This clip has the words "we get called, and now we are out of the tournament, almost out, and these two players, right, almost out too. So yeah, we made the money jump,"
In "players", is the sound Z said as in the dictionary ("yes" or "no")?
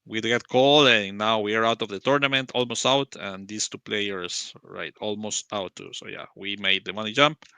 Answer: no